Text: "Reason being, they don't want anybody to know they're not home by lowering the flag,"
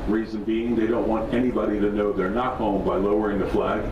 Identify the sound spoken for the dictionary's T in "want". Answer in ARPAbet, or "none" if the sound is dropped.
T